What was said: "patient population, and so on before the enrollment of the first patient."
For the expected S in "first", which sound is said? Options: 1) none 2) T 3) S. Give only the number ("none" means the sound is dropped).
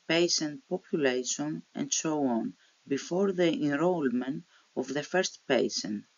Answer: 3